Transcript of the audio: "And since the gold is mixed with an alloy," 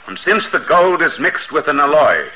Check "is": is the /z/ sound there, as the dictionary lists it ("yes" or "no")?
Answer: yes